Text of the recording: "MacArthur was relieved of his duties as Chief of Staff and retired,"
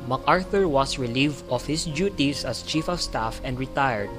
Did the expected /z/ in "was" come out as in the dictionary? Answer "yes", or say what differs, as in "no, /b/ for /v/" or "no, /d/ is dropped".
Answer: no, /s/ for /z/